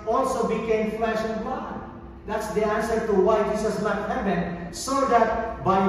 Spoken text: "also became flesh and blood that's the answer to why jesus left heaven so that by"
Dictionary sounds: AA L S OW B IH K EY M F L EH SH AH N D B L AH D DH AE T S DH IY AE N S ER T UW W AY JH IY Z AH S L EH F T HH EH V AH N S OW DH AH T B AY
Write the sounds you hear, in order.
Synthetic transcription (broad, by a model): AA L S OW B IH K EY M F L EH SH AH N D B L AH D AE T S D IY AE N S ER T UW W AY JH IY S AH S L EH T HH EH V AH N S OW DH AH T B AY